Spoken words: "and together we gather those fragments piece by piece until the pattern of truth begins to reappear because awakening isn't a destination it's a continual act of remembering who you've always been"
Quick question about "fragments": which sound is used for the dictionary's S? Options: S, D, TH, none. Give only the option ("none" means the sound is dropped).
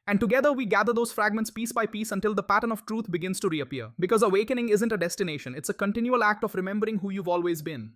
S